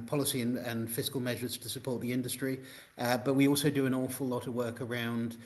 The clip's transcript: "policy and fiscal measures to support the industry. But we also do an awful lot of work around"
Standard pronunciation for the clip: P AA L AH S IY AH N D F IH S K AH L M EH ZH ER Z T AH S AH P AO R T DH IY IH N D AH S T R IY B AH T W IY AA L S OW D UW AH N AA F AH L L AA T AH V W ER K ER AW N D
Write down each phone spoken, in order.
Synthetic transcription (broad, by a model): P AA L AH S IY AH N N F IH S K AH L M EH ZH ER Z T AH S AH P AO R T DH IY IH N D AH S T R IY B AH T W IY AA L S OW D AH AH N AA F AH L L AA T AH V W ER K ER AW N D